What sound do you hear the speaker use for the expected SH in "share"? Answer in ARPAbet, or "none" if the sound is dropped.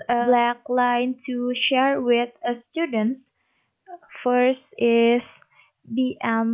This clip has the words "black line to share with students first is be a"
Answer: SH